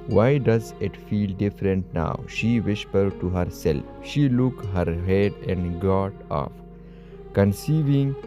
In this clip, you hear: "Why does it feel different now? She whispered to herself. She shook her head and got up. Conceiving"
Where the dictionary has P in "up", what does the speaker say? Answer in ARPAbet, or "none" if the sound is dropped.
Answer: F